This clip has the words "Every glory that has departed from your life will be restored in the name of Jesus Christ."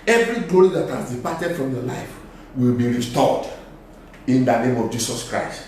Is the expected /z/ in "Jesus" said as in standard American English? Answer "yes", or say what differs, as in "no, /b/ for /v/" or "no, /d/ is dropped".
no, /s/ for /z/